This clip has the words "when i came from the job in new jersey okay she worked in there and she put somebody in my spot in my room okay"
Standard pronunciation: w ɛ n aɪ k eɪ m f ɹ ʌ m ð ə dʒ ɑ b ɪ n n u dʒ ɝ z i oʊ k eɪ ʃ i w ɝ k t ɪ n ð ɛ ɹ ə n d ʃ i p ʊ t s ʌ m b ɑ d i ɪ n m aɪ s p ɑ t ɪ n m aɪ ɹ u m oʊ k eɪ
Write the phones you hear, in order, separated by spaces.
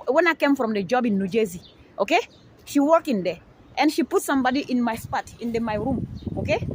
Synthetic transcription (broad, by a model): w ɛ n aɪ k eɪ m f ɹ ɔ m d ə dʒ ɑ b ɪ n n u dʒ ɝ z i oʊ k eɪ ʃ i w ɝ k ɪ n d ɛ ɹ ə n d ʃ i p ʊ t s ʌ m b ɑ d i ɪ n m aɪ s p ɑ t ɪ n m aɪ ɹ u m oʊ k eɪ